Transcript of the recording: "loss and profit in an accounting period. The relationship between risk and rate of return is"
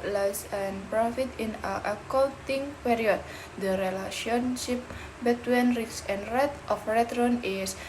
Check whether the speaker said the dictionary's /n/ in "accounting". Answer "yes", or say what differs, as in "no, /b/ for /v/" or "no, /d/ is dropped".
no, /l/ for /n/